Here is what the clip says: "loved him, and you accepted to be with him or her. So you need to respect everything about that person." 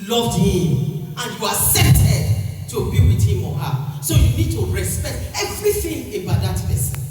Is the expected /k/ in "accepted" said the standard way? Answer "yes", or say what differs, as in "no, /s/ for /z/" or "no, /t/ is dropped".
no, /k/ is dropped